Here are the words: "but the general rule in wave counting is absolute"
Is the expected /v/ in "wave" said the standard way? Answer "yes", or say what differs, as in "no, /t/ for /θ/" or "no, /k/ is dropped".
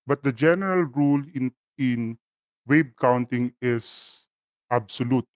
no, /b/ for /v/